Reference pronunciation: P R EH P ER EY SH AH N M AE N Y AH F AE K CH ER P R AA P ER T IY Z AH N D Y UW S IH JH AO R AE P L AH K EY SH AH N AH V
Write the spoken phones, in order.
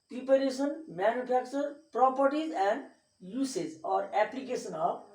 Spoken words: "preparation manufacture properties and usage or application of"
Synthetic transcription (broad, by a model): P R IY P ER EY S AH N M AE N Y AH P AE K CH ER P R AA P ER T IY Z AH N D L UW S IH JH AO R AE P L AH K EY S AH N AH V